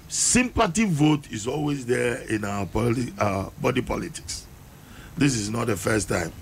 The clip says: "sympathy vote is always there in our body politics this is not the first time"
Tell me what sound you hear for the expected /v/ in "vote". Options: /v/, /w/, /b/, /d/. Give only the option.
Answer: /v/